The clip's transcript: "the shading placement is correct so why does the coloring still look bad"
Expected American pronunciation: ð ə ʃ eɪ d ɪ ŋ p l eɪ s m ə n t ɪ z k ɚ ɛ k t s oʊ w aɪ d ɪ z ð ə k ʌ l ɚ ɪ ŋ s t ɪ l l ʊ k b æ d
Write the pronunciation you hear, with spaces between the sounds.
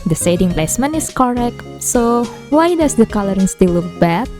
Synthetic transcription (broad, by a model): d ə s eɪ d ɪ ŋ p l eɪ s m ə n t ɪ s k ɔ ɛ k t s oʊ w aɪ d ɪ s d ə k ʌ l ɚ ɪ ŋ s t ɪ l l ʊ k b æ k